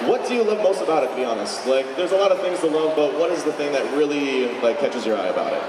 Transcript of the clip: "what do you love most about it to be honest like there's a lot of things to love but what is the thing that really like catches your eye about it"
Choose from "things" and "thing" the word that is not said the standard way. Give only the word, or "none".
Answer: none